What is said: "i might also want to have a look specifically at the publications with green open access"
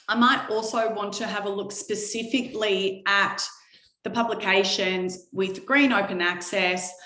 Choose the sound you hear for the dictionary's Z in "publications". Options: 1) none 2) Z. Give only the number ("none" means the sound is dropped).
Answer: 2